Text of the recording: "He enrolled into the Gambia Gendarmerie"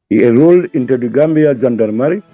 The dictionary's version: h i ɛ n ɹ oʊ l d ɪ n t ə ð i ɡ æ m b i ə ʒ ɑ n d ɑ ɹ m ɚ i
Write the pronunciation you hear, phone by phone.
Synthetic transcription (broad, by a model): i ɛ ɹ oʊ l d ɪ n t ə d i ɡ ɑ m b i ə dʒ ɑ n d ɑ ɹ m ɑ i